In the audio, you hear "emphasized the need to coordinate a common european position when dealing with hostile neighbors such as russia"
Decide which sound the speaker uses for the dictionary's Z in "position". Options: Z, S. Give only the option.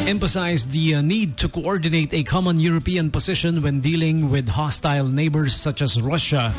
S